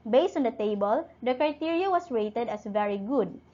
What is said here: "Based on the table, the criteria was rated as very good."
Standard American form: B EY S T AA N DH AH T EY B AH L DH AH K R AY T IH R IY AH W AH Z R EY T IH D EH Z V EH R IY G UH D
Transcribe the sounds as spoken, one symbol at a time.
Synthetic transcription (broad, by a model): B EY S T AA N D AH T EY B AH L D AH K R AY T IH R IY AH W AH S R EY T IH D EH S V EH R IY G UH D